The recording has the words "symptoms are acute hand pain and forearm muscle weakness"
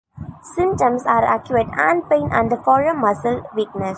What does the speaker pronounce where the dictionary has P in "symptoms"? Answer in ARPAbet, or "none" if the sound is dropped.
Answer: none